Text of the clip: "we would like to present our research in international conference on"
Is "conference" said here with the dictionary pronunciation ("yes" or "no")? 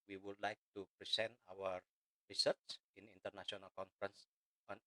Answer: yes